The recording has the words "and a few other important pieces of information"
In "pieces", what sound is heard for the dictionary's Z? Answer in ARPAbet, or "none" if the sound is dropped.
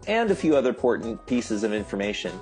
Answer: Z